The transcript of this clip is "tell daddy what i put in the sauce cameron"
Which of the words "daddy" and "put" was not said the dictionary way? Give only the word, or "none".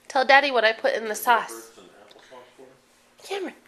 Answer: none